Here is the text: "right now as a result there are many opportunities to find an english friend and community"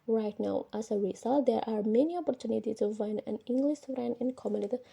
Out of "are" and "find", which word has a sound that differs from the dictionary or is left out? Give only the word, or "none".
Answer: find